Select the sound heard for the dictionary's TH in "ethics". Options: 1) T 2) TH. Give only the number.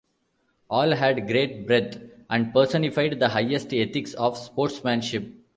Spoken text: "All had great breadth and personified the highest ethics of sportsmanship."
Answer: 1